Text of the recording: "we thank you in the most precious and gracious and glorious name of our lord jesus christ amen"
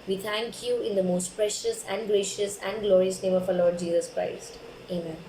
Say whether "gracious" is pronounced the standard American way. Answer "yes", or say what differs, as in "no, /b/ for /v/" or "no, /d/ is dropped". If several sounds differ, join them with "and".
yes